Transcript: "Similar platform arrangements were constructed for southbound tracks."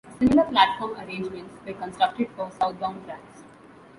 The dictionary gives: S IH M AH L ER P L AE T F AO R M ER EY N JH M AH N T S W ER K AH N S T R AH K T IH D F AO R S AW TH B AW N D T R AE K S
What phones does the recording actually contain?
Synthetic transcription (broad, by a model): S IH M AH L ER P L AE T F AO R M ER EY N JH M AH N T S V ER K AH N S T R AH K T IH D F AO R S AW T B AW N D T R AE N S